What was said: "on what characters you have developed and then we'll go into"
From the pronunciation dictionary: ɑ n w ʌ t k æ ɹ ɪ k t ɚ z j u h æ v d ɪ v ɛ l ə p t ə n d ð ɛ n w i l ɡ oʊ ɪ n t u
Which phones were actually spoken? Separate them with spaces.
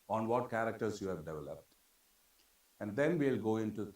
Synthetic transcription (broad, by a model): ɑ n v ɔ t k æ ɹ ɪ k t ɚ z j u h æ v d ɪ v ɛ l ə p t ə n d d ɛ n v i l ɡ oʊ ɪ n t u